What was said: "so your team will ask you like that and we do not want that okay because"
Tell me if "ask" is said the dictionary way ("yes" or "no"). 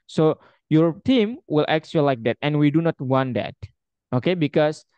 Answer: no